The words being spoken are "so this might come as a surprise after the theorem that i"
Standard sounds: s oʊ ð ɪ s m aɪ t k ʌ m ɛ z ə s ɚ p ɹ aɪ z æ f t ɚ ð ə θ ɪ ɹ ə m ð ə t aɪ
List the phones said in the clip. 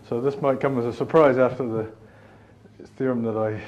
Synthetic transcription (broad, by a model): s oʊ ð ɪ s m aɪ t k ʌ m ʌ z ə s ɚ p ɹ aɪ z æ f t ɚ ð ə θ ɪ ɹ ə m ð ə t aɪ